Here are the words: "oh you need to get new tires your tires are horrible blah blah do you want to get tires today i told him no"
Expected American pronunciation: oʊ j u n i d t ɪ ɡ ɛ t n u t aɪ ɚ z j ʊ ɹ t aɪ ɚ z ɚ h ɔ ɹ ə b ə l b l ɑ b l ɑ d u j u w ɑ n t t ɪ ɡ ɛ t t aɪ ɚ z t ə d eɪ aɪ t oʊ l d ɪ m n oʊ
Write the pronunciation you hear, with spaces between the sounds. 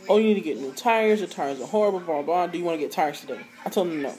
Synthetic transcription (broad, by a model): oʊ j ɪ n i d t ɪ ɡ ɛ t n u t aɪ ɚ z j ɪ t aɪ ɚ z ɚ h ɔ ɹ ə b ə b ɑ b ɑ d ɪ j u w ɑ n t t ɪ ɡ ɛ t t aɪ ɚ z t ə d eɪ aɪ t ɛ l ɪ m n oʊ